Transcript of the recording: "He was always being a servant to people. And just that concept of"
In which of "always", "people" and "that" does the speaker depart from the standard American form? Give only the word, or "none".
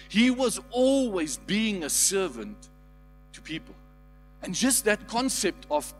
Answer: none